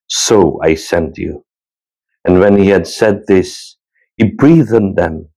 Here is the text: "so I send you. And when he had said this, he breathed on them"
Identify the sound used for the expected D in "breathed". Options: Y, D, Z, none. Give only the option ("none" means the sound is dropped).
none